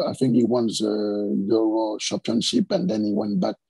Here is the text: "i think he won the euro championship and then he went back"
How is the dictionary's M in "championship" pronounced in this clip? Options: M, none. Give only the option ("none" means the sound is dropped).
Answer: none